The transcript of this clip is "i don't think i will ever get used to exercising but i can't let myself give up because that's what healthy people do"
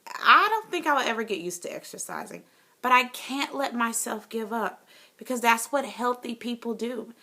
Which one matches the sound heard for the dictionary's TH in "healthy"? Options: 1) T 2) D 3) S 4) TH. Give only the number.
4